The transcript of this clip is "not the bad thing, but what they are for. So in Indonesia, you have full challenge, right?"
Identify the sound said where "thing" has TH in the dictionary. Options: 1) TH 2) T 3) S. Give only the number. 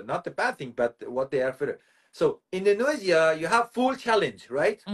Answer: 1